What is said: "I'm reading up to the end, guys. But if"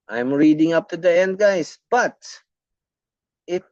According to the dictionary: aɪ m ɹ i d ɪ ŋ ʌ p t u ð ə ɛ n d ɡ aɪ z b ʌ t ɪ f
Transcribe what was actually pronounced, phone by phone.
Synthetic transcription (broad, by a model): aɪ m ɹ i d ɪ ŋ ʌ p t u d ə ɛ n d ɡ aɪ s b ʌ t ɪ